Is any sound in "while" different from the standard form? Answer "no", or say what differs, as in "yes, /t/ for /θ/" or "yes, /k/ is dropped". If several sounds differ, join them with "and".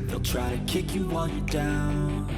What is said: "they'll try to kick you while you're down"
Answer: yes, /n/ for /l/